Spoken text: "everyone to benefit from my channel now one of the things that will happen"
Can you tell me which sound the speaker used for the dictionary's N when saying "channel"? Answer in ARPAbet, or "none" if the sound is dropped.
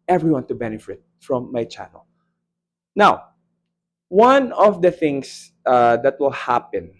N